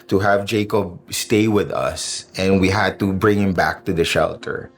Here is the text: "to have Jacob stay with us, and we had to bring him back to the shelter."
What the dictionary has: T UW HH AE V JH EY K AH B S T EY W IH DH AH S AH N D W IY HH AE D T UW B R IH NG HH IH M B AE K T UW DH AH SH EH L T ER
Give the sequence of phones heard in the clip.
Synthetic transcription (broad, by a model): T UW HH AE V JH EY K AH B S T EY W IH DH AH S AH N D W IY HH AE D T UW B R IH NG HH IH M B AE K T UW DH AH SH EH L T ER